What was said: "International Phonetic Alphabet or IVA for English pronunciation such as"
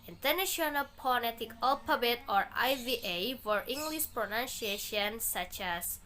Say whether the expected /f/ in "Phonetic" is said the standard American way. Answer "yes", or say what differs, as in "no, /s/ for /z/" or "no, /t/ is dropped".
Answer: no, /p/ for /f/